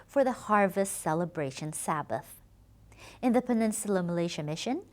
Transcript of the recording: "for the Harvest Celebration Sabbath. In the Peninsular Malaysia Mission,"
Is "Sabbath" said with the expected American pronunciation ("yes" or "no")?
yes